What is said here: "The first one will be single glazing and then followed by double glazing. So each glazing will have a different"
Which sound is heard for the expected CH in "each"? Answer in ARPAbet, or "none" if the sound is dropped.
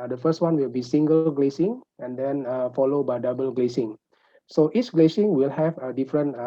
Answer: S